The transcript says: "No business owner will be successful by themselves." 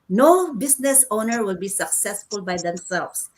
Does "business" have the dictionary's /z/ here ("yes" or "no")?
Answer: no